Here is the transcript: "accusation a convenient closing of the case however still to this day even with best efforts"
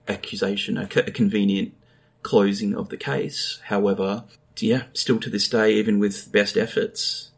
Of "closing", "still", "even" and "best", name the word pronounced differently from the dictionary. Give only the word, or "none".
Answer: none